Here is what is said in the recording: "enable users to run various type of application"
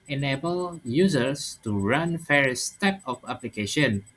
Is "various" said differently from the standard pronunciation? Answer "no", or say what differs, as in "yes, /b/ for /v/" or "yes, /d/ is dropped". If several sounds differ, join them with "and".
yes, /f/ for /v/